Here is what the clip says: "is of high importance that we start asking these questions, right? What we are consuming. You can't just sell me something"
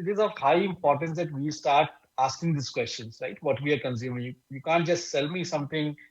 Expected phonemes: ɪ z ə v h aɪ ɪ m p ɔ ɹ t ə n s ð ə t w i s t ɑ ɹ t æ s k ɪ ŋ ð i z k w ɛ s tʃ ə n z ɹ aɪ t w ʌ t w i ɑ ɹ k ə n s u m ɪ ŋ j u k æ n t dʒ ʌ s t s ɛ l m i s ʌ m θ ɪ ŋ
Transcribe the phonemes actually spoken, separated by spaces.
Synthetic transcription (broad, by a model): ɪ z ə v h aɪ ɪ m p ɔ ɹ t ə n s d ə t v i s t ɑ ɹ t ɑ s k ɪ ŋ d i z k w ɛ s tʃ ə n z ɹ aɪ t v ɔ t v i ɑ ɹ k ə n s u m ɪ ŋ j u k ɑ n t dʒ ʌ s t s ɛ l m i s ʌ m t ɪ ŋ